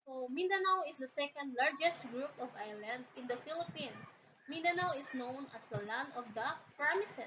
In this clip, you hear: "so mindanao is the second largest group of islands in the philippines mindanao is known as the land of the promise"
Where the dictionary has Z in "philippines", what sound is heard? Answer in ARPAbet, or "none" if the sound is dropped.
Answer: none